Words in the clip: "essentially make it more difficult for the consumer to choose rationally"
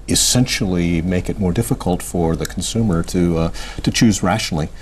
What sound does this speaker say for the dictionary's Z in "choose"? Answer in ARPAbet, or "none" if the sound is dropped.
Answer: Z